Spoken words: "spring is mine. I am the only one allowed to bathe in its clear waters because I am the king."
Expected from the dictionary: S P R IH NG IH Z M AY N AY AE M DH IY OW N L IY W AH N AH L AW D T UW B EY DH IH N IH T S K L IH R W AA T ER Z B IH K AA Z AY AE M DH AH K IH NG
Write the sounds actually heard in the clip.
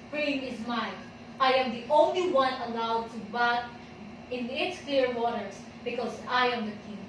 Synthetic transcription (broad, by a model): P R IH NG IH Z M AY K AY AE M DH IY OW N L IY W AH N AH L AW D T UW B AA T IH N IH T S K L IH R W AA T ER S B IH K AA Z AY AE M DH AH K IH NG